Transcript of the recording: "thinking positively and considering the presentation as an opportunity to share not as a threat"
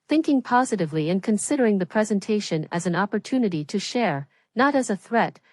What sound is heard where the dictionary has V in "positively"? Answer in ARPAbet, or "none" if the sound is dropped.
V